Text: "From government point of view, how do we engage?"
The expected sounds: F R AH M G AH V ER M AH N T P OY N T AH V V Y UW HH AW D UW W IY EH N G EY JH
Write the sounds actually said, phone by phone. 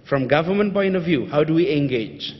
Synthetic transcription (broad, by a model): F R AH M G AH V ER M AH N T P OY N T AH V V Y UW HH AW D UW W IY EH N G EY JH